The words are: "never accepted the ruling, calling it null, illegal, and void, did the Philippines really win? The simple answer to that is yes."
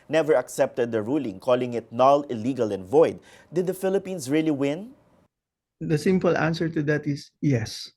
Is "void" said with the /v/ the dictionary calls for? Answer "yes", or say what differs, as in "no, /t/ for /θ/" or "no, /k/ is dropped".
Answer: yes